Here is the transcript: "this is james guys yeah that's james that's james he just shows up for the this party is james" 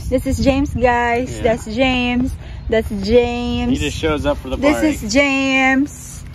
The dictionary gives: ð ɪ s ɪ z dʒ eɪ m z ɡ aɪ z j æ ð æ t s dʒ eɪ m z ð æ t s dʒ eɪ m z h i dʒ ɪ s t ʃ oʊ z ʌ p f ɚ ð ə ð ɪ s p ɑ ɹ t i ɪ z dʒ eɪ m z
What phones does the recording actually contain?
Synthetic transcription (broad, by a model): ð ɪ s ɪ z dʒ eɪ m z ɡ aɪ z ð æ t s dʒ eɪ m z ð æ t s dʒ eɪ ɪ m ʃ oʊ z ʌ p f ɚ ð ə ð ɪ s ɪ z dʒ eɪ m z